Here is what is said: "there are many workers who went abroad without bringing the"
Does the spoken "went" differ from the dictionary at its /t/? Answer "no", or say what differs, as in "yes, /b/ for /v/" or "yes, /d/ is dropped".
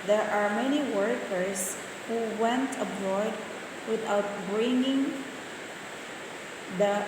no